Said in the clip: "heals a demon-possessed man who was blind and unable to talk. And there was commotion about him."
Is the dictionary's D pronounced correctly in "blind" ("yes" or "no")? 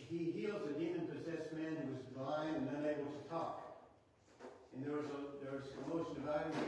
no